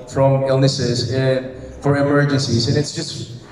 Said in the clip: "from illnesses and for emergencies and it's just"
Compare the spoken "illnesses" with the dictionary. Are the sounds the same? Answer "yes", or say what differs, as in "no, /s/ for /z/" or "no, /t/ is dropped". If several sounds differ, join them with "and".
yes